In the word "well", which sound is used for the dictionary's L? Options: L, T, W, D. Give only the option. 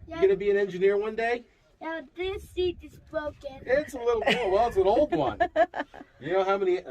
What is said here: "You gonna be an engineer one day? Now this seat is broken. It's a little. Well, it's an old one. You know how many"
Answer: W